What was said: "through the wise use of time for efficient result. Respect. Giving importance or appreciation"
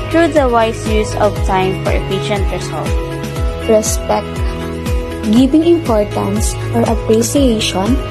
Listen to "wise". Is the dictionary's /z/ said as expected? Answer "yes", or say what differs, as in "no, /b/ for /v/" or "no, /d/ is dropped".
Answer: no, /s/ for /z/